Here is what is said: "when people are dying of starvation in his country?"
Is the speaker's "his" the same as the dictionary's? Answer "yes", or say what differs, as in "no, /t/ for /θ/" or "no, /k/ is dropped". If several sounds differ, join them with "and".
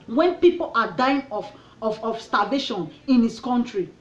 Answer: no, /s/ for /z/